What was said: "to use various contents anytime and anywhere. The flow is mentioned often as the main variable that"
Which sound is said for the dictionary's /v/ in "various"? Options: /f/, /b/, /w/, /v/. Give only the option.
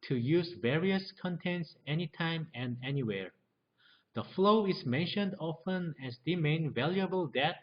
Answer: /v/